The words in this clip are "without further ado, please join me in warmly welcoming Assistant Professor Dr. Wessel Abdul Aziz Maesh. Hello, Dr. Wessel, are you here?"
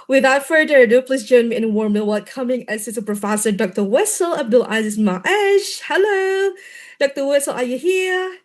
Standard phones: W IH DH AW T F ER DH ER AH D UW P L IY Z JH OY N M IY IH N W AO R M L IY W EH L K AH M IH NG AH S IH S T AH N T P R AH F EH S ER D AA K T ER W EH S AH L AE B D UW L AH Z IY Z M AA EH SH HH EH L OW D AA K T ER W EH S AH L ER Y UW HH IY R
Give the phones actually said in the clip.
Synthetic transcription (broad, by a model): W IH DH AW T F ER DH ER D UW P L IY S JH OY N M IY IH N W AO R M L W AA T K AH M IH NG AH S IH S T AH P R AH F EH S ER D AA K T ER W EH S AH L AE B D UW L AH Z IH S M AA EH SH HH EH L OW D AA K T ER W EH S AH L ER Y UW HH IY R